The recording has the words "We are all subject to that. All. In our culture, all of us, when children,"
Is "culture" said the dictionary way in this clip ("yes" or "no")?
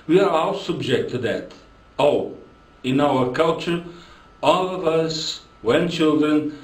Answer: yes